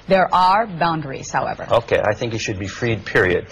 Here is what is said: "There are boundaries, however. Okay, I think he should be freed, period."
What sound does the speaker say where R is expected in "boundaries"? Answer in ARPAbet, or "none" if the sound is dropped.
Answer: R